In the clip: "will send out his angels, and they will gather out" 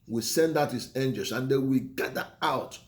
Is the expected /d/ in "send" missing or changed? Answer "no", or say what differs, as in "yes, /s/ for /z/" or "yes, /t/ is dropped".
no